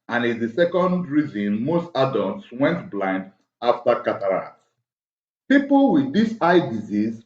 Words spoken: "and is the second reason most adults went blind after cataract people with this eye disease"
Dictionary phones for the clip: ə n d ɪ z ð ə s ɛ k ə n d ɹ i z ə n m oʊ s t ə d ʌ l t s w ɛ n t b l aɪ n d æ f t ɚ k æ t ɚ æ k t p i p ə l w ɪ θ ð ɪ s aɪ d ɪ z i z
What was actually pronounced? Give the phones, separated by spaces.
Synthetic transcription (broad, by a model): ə n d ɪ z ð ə s ɛ k ə n d ɹ i z ə n m oʊ s t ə d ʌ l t s w ɛ n t b l aɪ n d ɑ f t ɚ k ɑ t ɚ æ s p i p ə l w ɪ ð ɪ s aɪ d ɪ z i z